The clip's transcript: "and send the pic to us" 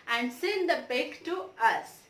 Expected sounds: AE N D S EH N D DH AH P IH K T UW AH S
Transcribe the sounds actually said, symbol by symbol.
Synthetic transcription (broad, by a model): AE N D S EH N D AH B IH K T UW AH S